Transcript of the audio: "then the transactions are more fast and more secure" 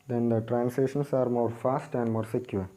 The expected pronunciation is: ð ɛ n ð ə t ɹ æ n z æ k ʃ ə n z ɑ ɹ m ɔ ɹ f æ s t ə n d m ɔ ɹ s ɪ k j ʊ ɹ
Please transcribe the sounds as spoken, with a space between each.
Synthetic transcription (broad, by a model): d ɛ n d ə t ɹ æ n s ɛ ʃ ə n s ɑ ɹ m ɔ ɹ f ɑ s t ə n d m ɔ ɹ s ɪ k j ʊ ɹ